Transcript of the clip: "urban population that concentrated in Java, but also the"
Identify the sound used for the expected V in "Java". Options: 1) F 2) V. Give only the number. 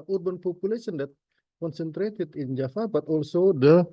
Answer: 1